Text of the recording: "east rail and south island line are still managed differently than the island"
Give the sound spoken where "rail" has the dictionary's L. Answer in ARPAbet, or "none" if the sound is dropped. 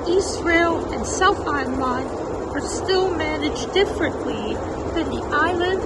L